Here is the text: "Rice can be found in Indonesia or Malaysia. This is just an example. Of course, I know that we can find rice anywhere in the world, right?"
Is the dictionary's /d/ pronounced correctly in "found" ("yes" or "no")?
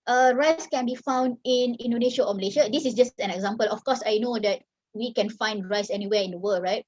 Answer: yes